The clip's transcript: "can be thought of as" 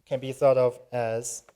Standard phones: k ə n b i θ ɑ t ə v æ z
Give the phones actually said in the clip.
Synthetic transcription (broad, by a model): k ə n b i θ ɑ t ə v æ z